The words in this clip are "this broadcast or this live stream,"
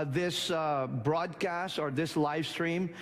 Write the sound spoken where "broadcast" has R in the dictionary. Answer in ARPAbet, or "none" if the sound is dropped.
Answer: R